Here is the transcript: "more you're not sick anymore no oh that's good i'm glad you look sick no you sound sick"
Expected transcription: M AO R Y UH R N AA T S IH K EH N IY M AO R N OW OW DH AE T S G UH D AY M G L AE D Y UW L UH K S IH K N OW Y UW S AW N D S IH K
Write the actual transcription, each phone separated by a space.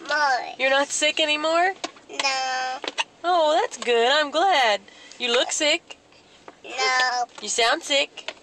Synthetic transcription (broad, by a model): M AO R Y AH R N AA T S IH K EH N IY M AO R N OW OW DH AE T S G UH D AY M G L AE D Y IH L UH K S IH K N OW Y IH S AW N D S IH K